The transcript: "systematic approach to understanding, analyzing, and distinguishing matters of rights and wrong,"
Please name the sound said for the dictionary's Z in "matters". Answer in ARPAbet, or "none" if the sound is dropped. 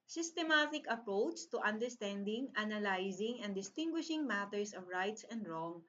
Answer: S